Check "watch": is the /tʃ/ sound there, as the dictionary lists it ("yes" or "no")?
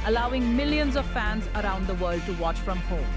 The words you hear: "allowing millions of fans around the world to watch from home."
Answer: yes